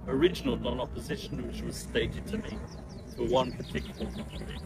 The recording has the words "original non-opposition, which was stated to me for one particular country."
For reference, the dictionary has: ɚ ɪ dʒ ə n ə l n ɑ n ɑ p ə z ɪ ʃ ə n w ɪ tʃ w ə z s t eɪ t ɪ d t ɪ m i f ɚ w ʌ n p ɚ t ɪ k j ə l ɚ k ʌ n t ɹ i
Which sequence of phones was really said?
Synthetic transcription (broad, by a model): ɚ ɪ dʒ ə n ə l n ɑ n ɑ p ə z ɪ ʃ ə n w ɪ tʃ w ə z s t eɪ t ɪ d t ɪ m i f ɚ w ʌ n p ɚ t ɪ k j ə l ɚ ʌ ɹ